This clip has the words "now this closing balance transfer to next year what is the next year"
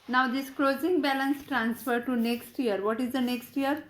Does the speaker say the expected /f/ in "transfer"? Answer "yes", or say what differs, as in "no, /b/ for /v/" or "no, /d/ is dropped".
yes